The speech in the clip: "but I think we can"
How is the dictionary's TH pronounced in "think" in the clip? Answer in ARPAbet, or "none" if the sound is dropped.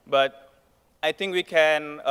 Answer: T